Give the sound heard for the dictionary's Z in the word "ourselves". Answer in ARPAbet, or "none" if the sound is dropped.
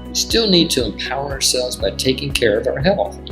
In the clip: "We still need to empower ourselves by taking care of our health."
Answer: Z